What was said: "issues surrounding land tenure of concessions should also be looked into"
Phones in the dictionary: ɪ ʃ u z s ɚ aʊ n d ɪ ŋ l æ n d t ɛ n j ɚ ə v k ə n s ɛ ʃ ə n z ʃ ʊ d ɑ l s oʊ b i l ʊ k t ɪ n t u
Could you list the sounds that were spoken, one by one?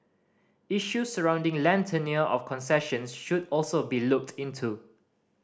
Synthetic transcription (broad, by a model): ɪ ʃ u s ɚ aʊ n d ɪ ŋ l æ n t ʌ n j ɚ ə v k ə n s ɛ ʃ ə n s ʃ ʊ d ɑ l s oʊ b i l ʊ k t ɪ n t u